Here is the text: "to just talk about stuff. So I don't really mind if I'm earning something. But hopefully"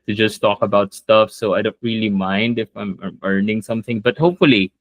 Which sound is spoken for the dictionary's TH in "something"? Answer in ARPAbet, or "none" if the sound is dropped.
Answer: TH